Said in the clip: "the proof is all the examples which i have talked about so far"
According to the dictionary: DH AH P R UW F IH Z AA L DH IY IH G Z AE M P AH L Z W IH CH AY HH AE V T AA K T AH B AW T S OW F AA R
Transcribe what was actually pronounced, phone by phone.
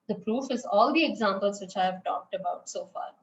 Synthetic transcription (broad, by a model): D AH P R UW F IH Z AA L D IY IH G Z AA M P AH L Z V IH CH AY HH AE V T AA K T AH B AW T S OW F AA R